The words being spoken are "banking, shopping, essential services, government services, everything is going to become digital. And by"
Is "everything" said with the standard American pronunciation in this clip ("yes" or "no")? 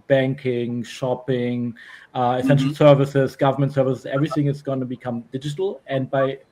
yes